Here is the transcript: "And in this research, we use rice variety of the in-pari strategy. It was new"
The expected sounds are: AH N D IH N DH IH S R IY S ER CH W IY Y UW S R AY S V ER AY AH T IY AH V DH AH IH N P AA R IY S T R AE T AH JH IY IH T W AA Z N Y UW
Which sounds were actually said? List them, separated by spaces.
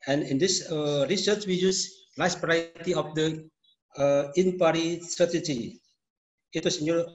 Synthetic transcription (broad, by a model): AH N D IH N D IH S R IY S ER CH W IY Y UW S L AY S B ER AY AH T IY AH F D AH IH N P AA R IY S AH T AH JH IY IH T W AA S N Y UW